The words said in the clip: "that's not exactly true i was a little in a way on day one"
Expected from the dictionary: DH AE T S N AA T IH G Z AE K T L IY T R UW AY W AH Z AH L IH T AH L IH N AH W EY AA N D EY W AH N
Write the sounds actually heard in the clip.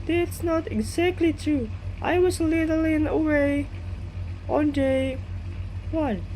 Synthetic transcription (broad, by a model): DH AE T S N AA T IH G Z AE K T L IY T UW AY W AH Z L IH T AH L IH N AH W EY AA N D EY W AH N